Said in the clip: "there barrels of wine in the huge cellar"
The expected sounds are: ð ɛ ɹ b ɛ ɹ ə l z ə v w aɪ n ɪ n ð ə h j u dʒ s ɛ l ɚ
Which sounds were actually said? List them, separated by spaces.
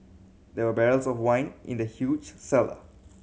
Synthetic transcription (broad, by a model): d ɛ w b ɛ ɹ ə l s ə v w aɪ n ɪ n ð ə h j u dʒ s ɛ l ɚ